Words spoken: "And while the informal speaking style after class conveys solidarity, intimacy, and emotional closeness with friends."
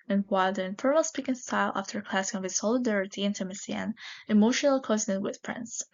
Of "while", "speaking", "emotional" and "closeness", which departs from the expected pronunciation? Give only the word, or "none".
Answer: closeness